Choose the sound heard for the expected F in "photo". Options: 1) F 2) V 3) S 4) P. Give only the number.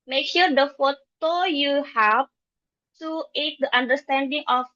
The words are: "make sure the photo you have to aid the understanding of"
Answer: 1